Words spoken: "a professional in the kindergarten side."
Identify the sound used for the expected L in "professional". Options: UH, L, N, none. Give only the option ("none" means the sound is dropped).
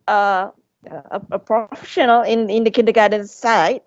N